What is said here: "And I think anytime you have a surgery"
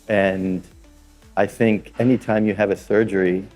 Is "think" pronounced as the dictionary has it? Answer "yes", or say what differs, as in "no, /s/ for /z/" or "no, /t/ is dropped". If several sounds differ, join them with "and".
yes